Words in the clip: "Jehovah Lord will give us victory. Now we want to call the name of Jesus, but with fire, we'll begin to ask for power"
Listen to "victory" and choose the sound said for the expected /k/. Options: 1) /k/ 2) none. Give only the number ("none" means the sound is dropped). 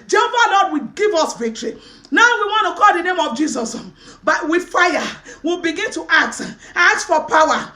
1